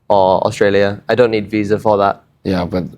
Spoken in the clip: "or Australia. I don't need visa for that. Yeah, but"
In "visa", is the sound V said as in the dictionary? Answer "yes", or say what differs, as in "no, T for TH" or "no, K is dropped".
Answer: yes